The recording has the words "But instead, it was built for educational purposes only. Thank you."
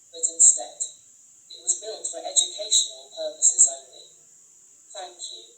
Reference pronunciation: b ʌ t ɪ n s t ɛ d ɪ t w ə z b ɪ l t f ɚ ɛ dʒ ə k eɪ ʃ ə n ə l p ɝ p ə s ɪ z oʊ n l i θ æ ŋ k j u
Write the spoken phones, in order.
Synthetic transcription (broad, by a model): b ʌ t ɪ n s t ɛ d ɪ t w ə z b ɪ l t f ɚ ɛ dʒ ə k eɪ ʃ ə n ə l p ɝ p ə s ɪ z oʊ n l i θ æ ŋ k j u